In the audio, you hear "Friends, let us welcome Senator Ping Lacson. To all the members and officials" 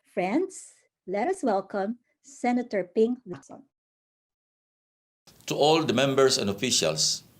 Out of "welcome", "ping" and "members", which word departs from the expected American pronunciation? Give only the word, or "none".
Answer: members